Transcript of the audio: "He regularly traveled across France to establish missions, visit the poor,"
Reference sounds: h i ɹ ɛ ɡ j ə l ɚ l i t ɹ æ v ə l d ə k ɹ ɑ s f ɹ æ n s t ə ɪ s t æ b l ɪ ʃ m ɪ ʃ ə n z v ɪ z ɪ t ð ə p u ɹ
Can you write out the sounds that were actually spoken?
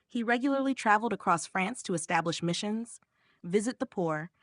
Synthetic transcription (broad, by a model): h i ɹ ɛ ɡ j l ɚ l i t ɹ æ v l d ə k ɹ ɑ s f ɹ æ n s t ə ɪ s t æ b l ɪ ʃ m ɪ ʃ ə n z v ɪ z ɪ t ð ə p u ɹ